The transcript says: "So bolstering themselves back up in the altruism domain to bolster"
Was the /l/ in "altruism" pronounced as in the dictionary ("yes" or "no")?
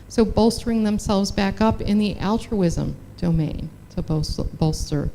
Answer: yes